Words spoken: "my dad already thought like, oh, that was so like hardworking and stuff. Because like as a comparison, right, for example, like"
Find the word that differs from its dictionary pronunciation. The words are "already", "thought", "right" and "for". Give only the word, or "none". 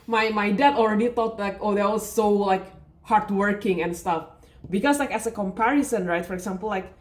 thought